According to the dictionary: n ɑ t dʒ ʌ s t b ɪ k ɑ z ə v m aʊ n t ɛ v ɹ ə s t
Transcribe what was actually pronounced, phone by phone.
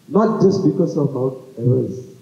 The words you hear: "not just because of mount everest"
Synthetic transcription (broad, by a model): n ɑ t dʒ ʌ s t b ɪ k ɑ s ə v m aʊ t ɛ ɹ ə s